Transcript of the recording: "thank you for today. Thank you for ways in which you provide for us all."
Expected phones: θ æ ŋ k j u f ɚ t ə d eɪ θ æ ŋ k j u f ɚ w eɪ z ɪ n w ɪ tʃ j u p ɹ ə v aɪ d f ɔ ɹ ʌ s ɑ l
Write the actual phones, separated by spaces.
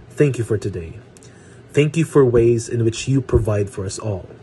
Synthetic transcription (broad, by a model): θ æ ŋ k j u f ɚ t ə d eɪ θ æ ŋ k j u f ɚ w eɪ z ɪ n w ɪ tʃ j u p ɹ ə v aɪ d f ɔ ɹ ʌ s ɑ l